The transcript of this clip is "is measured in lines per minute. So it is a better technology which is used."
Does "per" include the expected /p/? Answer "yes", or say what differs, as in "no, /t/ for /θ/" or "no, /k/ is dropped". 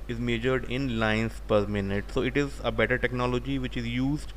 yes